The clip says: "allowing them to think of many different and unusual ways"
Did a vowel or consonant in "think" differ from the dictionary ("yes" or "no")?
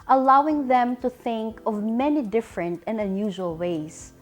no